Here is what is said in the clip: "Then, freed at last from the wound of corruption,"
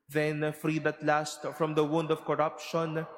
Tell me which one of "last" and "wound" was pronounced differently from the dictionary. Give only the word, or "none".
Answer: none